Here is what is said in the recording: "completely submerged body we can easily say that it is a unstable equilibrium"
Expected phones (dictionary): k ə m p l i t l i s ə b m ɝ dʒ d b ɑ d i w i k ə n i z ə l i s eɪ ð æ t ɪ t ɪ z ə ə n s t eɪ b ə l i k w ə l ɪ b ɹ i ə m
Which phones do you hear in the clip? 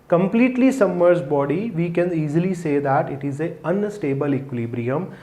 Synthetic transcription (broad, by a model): k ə m p l i t l i s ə m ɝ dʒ b ɑ d i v i k ə n i z ə l i s eɪ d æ t ɪ t ɪ z ə ə n s t eɪ b ə l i k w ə l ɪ b ɹ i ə m